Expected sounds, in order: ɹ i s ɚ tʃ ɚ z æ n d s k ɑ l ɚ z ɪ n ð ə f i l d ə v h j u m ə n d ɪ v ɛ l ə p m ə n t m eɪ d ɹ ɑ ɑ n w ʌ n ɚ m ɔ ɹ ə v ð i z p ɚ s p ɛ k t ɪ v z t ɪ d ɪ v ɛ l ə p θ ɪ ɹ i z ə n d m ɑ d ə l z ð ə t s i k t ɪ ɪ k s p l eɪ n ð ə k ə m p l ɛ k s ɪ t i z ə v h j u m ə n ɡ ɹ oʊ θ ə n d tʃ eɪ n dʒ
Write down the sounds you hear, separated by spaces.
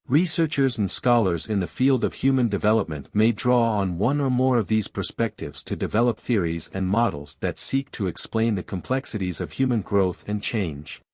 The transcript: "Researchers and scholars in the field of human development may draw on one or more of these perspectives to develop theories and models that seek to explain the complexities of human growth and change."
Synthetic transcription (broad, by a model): ɹ i s ɚ tʃ ɚ z n s k ɑ l ɚ z ɪ n ð ə f i l d ə v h j u m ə n d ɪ v ɛ l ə p m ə n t m eɪ d ɹ ɑ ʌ n w ʌ n ɚ m ɔ ɹ ə v ð i z p ɚ s p ɛ k t ɪ v z t ɪ d ɪ v ɛ l ə p θ ɪ ɹ i z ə n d m ɑ d l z ð ə t s i k t ɪ ɪ k s p l eɪ n ð ə k ə m p l ɛ k s ɪ t i z ə v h j u m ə n ɡ ɹ oʊ θ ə n tʃ eɪ n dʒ